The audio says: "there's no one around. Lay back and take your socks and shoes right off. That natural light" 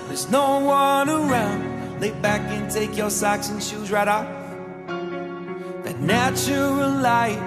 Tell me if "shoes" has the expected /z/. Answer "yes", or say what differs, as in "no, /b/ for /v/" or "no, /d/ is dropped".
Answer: yes